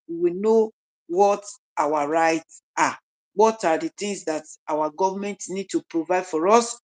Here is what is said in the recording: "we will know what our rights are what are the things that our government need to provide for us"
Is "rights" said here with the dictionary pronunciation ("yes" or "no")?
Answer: yes